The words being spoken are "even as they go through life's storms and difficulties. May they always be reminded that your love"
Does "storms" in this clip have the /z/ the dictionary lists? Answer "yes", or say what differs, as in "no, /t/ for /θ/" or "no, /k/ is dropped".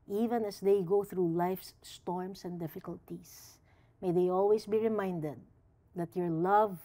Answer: no, /s/ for /z/